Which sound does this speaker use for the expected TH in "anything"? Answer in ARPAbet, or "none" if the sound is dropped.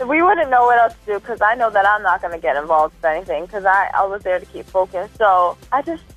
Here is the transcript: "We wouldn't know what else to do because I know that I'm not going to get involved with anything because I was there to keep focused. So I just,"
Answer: TH